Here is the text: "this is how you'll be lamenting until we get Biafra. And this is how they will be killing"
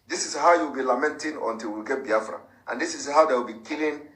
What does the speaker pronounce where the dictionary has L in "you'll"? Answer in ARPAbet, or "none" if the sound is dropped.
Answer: W